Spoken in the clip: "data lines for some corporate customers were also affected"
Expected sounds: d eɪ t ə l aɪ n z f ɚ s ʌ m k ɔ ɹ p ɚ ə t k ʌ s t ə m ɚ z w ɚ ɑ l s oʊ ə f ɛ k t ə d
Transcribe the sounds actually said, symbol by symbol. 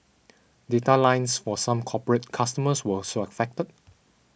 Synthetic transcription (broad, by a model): d eɪ t ə l aɪ n s f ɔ s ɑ m k ɔ p ɚ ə t k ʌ s t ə m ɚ s w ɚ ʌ s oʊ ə f ɛ k t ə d